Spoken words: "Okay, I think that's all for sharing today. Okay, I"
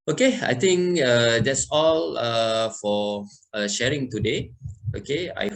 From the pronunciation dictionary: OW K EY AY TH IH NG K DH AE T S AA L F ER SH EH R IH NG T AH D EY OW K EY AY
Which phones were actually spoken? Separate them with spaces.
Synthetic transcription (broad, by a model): OW K EY AY T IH NG K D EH T S AA L F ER SH EH R IH NG T AH D EY OW K EY AY